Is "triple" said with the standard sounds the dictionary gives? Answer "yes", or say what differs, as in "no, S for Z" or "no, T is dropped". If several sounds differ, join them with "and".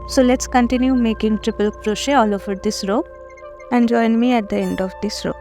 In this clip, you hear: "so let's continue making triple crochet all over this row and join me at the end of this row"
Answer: yes